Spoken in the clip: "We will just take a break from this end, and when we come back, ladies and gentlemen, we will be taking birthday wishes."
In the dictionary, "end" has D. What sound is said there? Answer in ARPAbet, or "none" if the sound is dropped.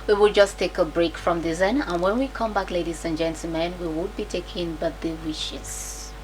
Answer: none